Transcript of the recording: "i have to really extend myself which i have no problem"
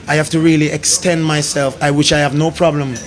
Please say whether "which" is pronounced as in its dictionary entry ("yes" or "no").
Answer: no